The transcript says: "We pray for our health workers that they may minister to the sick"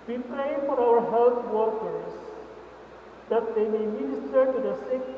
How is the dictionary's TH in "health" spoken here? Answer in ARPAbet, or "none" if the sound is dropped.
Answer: T